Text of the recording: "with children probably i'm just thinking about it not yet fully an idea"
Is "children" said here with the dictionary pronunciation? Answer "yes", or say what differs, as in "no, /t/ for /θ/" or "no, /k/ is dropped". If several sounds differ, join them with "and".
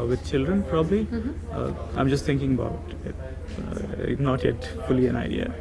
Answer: yes